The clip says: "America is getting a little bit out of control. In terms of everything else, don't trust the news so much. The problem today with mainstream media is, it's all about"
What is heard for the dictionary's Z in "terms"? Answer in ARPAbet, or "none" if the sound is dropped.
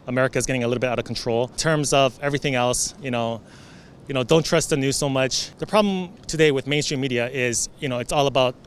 Z